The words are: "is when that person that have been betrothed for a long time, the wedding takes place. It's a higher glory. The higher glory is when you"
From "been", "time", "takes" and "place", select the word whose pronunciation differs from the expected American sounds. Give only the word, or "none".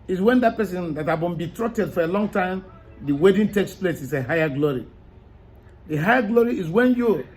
none